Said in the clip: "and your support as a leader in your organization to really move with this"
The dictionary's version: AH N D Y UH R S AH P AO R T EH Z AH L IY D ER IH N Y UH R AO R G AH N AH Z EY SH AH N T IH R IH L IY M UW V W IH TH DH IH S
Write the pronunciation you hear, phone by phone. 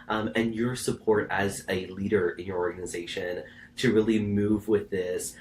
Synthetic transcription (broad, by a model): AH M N Y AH R S AH P AO R T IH Z AH L IY D ER IH N Y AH R AO R G AH N AH Z EY SH AH N T IH R IH L IY M UW V W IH DH IH S